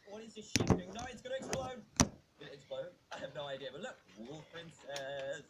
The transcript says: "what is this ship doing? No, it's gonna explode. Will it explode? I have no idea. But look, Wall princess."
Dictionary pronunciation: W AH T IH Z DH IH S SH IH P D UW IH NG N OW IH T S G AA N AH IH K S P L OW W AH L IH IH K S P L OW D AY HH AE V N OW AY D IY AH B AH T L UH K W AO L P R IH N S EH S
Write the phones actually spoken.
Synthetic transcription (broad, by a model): W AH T IH Z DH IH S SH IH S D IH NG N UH IH T S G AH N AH IH K S P L OW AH N IH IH K S P L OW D AY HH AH V N OW AY D IY AH B AH T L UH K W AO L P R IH N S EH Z